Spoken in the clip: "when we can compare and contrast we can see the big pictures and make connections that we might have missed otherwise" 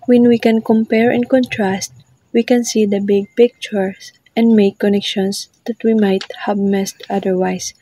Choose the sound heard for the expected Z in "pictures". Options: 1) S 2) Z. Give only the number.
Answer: 1